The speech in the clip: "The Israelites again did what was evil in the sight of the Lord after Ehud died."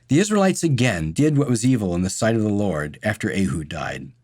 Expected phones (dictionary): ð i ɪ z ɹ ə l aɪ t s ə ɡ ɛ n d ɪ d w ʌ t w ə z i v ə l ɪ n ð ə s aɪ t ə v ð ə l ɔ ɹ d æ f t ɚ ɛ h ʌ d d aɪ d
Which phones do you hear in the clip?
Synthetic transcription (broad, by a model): ð i ɪ z ɹ ə l aɪ t s ə ɡ ɛ n d ɪ d w ʌ t w ə z i v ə l ɪ n ð ə s aɪ t ə v ð ə l ɔ ɹ d æ f t ɚ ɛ h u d d aɪ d